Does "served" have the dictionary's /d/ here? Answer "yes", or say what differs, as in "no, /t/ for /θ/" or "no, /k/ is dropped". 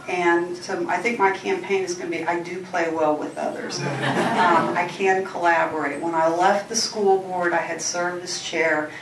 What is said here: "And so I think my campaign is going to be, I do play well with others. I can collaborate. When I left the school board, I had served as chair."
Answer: no, /d/ is dropped